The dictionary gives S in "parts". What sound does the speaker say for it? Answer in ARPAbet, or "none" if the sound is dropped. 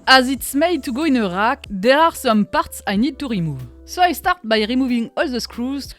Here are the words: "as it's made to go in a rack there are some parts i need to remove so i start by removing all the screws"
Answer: S